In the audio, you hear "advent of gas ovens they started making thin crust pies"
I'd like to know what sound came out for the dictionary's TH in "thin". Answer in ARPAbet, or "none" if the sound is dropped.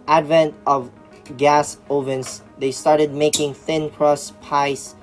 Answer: TH